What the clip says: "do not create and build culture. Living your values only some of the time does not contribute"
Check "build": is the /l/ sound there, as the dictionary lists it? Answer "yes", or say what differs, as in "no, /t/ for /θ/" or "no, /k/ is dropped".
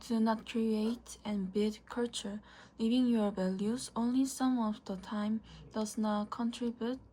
no, /l/ is dropped